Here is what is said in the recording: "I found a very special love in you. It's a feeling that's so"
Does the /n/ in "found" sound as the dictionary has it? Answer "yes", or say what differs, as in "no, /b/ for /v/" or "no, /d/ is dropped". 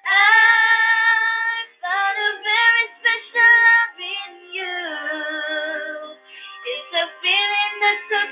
no, /n/ is dropped